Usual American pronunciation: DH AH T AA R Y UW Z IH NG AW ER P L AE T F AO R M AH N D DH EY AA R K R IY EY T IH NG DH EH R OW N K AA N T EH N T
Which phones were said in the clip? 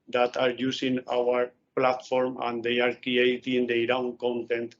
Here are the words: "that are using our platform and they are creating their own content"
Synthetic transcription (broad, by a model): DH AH T AA R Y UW S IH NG AW ER P L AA T F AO R M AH N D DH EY AA R K R IY EY T IH NG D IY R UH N K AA N T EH N T